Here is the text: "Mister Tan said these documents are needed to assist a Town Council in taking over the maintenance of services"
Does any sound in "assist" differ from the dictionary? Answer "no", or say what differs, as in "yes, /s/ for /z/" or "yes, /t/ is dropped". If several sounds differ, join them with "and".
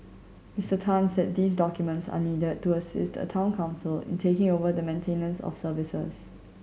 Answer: no